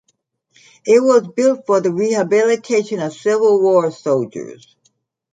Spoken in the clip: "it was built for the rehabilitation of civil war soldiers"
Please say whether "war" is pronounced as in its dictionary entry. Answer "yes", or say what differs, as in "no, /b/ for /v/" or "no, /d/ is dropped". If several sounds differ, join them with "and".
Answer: yes